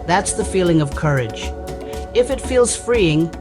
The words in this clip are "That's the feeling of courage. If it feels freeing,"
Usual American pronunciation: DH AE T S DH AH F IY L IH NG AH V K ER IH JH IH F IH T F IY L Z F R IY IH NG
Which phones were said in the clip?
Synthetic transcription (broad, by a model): DH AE T S DH AH F IY L IH NG AH V K ER IH JH IH F IH T F IY L Z F R IY IH NG